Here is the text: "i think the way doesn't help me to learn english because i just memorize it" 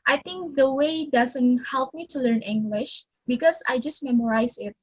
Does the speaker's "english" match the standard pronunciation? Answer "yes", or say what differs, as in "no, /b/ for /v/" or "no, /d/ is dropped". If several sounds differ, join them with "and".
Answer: yes